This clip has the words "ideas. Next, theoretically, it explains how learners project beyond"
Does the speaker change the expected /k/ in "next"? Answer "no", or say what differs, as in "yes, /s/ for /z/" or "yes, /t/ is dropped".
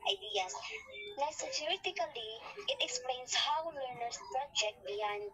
yes, /k/ is dropped